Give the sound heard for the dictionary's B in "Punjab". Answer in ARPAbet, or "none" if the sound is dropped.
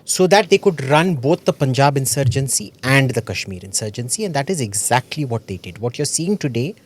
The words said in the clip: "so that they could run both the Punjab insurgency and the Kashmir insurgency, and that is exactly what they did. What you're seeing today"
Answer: B